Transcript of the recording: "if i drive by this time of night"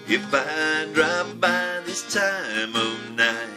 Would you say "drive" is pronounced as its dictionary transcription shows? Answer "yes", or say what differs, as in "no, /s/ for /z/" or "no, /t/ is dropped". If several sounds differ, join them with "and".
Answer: no, /p/ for /v/